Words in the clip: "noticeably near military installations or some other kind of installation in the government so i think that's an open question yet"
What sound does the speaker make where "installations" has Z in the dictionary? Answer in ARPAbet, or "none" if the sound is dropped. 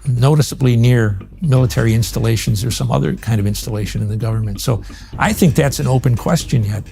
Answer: Z